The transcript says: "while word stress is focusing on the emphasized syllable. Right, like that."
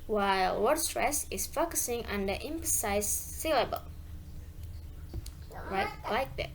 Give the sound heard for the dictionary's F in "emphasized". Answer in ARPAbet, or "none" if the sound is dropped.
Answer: P